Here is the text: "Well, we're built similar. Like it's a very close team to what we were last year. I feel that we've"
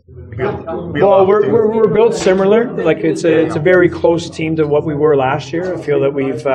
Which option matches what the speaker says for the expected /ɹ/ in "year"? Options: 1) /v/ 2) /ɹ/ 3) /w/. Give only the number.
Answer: 2